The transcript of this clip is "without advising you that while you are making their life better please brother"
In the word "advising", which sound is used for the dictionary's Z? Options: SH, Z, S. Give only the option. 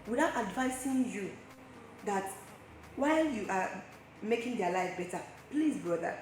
S